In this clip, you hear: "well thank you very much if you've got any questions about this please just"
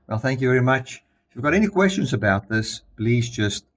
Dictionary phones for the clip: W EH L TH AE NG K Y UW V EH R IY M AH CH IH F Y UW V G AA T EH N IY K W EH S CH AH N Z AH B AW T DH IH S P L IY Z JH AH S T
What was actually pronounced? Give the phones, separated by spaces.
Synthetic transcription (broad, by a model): W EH L TH AE NG K Y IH V EH R IY M AH CH IH F Y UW V G AA T EH N IY K W EH S CH AH N Z AH B AW T DH IH S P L IY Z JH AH S T